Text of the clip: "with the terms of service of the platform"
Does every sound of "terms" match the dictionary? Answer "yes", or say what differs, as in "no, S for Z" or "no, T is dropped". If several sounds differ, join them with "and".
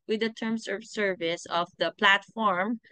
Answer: no, S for Z